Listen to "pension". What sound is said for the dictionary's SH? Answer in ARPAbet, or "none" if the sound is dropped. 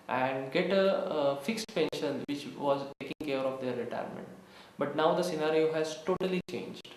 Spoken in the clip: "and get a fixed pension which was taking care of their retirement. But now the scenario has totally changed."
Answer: SH